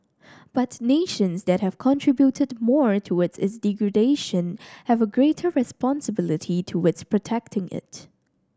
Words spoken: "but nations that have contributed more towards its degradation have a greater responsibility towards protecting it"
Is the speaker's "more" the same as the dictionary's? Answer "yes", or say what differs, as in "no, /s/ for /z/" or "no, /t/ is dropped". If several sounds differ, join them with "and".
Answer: yes